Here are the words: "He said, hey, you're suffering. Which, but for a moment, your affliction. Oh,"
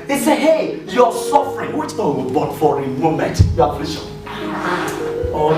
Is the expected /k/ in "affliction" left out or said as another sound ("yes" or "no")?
yes